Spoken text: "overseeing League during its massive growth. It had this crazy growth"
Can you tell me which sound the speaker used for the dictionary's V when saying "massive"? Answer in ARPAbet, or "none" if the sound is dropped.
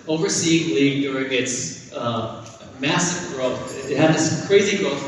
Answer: V